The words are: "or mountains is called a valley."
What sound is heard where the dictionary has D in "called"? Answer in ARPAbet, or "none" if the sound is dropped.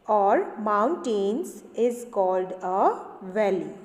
D